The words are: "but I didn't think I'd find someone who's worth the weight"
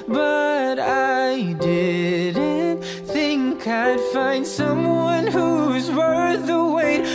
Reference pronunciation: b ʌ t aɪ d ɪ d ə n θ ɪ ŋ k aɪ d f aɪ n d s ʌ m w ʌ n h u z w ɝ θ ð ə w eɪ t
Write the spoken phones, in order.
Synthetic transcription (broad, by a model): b ʌ t aɪ d ɪ d n θ ɪ ŋ k aɪ d f aɪ n d s ʌ m w ʌ n h u z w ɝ ð ə w eɪ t